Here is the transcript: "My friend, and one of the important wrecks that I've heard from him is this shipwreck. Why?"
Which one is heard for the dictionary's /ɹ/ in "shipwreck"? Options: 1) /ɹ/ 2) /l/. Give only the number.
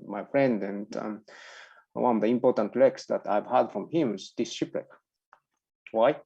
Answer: 2